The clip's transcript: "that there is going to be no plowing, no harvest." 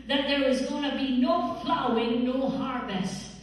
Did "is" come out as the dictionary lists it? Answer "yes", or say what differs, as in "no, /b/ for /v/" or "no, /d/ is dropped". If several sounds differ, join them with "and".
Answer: yes